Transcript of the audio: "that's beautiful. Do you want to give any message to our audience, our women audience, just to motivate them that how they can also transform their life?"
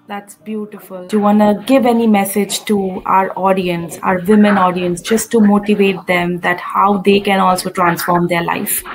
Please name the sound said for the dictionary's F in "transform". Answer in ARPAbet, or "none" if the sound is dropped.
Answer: F